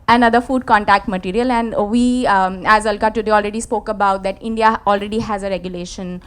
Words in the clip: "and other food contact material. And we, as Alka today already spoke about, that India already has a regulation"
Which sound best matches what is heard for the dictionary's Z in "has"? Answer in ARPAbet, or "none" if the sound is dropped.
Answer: Z